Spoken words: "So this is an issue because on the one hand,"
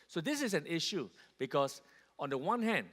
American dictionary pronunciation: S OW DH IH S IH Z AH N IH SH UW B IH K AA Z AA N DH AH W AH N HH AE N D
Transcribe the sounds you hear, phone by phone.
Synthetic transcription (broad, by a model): S OW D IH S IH S AH N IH SH UW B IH K AA S AA N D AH W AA N HH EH N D